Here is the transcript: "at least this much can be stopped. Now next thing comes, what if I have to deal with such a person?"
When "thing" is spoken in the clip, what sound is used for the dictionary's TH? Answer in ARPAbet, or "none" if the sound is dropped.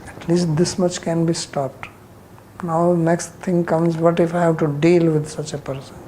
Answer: T